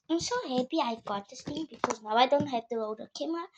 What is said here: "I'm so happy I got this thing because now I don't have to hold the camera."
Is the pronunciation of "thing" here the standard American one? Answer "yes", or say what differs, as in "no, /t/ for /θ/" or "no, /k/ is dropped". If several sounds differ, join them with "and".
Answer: no, /t/ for /θ/